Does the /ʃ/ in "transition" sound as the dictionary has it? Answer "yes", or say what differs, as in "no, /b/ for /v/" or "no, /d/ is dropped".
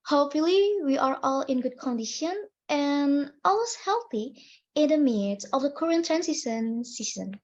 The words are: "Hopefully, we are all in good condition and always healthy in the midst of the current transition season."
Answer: no, /s/ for /ʃ/